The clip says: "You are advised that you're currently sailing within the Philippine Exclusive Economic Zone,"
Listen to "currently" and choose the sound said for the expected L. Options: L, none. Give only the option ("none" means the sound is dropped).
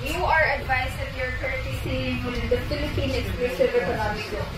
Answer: none